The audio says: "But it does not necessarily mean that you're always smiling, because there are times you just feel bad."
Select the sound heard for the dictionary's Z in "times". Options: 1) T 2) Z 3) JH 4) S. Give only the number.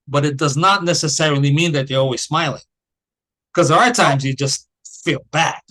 2